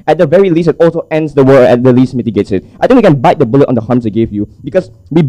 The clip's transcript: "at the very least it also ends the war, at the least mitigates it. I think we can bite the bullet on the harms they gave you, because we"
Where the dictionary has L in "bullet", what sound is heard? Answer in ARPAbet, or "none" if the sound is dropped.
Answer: L